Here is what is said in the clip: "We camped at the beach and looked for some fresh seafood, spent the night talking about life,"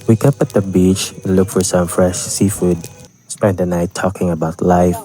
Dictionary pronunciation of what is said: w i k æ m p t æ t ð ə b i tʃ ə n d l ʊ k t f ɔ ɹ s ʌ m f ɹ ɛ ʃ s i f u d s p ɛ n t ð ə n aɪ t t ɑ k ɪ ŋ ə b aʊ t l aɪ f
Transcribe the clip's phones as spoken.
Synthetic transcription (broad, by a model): w i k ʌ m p æ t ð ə b i tʃ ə n l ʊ k f ɔ ɹ s ʌ m f ɹ ɛ ʃ s i f u d s p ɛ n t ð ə n aɪ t t ɑ k ɪ ŋ ə b aʊ t l aɪ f